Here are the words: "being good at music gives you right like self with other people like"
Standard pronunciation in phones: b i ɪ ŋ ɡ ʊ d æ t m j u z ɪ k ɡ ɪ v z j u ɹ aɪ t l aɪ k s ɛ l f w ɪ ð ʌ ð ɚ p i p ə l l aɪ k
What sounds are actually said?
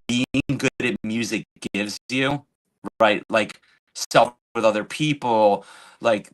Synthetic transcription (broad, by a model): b i ɪ ŋ ɡ ʊ d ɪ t m j u z ɪ k ɡ ɪ v z j u aɪ t l aɪ k s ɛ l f w ɪ ð ʌ ð ɚ p i p l l aɪ k